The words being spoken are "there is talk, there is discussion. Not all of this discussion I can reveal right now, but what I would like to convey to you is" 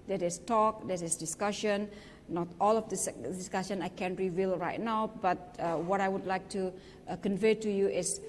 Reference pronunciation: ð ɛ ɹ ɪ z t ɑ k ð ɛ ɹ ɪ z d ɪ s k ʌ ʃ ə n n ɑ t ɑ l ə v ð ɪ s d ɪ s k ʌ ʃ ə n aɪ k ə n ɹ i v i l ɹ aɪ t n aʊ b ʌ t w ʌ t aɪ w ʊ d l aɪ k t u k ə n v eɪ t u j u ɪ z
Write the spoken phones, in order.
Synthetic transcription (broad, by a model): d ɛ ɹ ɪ s t ɑ k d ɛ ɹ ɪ s d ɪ s k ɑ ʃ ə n n ɑ t ɑ l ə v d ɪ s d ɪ s k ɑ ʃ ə n aɪ k ə n ɹ i v i l ɹ aɪ t n aʊ b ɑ t w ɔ t aɪ w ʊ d l aɪ k t u k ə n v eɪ t u j u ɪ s